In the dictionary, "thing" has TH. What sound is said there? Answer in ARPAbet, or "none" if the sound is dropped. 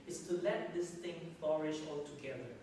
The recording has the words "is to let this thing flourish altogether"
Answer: T